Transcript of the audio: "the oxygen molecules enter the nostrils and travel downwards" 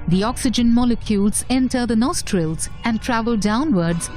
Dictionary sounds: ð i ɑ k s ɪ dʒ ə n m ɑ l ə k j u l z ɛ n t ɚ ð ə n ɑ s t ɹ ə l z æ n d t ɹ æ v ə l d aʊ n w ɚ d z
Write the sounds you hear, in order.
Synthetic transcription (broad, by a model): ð i ɑ k s ɪ dʒ ə n m ɑ l ə k j u l z ɛ n t ɚ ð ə n ɑ s t ɹ ə l z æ n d t ɹ æ v ə l d aʊ n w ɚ d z